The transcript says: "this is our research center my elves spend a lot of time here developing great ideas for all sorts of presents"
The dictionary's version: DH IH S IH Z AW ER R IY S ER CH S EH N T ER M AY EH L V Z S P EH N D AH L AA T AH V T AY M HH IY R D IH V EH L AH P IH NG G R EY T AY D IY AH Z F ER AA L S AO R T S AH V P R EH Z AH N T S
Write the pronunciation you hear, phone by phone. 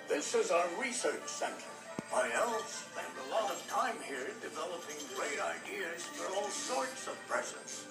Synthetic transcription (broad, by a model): DH IH S IH Z AW ER R IY S ER CH S EH N T ER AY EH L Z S EH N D AH L AA T AH V T AY M HH IY R D IH V EH L AH P IH NG G R EY T AY D IY AH Z F ER AA L S AO R T S AH V P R EH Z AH N S